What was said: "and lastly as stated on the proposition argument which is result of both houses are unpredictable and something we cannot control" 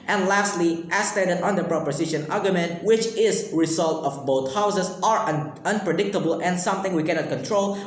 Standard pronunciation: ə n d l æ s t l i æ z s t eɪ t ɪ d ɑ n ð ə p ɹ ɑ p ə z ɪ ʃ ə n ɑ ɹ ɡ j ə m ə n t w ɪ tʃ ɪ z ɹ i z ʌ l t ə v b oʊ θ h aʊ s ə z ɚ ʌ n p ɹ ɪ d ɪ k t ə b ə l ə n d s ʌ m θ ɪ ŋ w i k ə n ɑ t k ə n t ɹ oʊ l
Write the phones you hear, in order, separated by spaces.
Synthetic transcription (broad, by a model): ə n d l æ s t l i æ s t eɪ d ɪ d ɑ n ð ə p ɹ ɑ p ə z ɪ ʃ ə n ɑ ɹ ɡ j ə m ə n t w ɪ tʃ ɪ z ɹ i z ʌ l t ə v b oʊ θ h aʊ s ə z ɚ ʌ n p ɹ ɪ d ɪ k t ə b ə l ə n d s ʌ m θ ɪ ŋ w i k ə n ɑ t k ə n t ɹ oʊ l